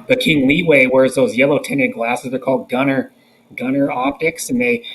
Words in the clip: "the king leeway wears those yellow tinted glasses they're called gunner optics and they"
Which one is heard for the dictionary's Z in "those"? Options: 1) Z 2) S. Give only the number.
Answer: 1